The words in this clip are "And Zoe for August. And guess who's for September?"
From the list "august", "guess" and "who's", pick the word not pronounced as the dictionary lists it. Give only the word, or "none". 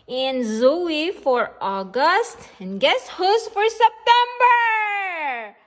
who's